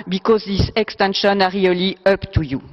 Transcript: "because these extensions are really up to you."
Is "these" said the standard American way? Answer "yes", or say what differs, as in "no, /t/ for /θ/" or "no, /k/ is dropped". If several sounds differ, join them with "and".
no, /s/ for /z/